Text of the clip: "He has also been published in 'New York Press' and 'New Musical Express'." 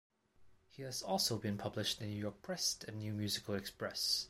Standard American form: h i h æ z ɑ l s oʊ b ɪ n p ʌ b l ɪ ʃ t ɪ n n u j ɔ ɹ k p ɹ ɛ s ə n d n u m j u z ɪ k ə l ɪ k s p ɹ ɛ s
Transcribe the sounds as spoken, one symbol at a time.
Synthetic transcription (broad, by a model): h i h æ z ɑ l s oʊ b ɪ n p ʌ b l ɪ ʃ t ɪ n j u j ɔ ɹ k p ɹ ɛ s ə n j u m j u z ɪ k ə l ɪ k s p ɹ ɛ s